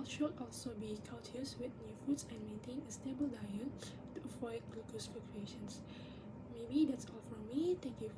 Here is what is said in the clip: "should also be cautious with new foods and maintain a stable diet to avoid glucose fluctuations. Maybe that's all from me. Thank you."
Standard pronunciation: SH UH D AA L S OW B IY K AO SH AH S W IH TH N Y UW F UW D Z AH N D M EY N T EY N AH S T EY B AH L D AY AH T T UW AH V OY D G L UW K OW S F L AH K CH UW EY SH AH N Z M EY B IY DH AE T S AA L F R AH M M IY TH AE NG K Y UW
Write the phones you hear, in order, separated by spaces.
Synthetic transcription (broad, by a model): SH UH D AA L S OW B IY K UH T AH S W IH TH N Y UW F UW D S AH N M EY N T EY N AH S T EY B AH L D AY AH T T UW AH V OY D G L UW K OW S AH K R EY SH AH N S M EY B IY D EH T S AA L F R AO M M IY T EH K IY